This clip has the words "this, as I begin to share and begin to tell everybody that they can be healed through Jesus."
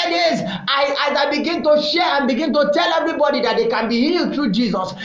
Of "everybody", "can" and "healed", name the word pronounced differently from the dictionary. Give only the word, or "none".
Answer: none